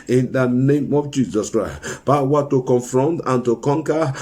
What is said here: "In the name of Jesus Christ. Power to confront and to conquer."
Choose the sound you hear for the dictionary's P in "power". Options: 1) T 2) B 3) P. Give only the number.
2